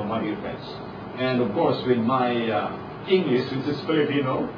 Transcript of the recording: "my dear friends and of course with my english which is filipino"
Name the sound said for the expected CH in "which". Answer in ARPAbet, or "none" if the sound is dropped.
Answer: S